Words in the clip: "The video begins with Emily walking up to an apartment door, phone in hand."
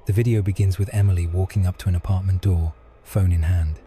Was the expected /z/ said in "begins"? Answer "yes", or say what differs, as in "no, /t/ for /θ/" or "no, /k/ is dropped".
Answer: yes